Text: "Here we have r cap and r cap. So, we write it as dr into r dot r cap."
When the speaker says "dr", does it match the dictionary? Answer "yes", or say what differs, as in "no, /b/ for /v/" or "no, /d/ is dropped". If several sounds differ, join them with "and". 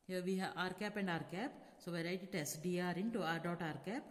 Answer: no, /k/ is dropped